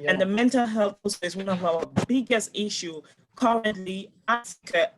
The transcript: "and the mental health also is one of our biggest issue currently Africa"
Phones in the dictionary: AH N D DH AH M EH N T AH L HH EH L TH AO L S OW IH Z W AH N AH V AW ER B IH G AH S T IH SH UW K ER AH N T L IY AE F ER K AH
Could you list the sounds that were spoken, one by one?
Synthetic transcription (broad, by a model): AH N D DH AH M EH N T AH L HH EH L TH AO S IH S W AH N AH V AW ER B IH G AH S T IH SH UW K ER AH N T L IY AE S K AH